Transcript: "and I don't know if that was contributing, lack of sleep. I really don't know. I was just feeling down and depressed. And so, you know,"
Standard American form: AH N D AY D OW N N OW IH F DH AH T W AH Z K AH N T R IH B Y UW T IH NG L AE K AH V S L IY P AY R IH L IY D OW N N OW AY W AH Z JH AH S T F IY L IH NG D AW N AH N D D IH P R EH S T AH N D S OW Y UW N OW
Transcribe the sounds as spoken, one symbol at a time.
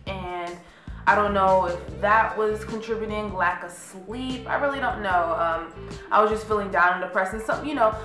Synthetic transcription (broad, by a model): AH N AY D OW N N OW IH F DH AH T W AH Z K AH N T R IH B Y T IH NG L AE K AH S L IY P AY R IH L IY D OW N N OW AY W AH Z JH AH S T F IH L IH NG D AW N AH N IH P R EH S AH N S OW Y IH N OW